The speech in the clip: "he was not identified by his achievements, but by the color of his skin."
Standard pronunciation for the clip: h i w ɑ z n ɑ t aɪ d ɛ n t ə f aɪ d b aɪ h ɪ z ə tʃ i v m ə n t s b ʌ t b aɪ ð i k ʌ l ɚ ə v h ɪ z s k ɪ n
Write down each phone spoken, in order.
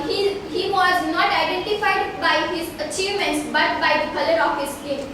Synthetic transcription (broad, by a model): h i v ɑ z n ɑ t aɪ d ɛ n t ə f aɪ d b aɪ h ɪ z ə tʃ i v m ə n t s b ʌ t b aɪ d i k ʌ l ɚ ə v h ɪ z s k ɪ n